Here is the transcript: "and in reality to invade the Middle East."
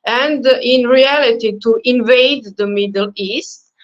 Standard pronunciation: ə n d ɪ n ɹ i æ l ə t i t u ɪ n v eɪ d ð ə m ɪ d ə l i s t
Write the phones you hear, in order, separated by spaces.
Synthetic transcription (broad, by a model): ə n d ɪ n ɹ i æ l ə t i t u ɪ n v eɪ d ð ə m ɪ d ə l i s t